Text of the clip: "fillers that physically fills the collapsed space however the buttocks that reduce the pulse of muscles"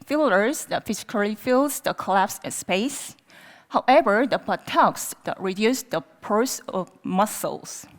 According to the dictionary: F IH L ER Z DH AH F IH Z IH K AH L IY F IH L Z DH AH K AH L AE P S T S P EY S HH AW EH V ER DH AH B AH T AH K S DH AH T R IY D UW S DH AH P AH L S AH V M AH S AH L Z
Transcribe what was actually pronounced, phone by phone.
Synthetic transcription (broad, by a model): F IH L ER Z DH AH F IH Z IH K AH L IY F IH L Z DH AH K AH L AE P S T S P EY S HH AW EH V ER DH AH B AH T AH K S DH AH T R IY D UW S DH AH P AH S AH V M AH S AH L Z